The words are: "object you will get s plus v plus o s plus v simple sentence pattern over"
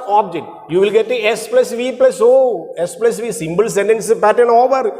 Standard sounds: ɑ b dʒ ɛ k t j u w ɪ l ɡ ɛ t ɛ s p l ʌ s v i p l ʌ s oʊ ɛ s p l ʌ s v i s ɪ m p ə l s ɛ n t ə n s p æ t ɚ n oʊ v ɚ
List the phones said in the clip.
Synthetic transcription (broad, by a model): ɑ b dʒ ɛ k t j u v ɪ l ɡ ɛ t ɛ s p l ʌ s v i p l ʌ s oʊ ɛ s p l ʌ s v i s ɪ m b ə l s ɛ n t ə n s p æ t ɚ n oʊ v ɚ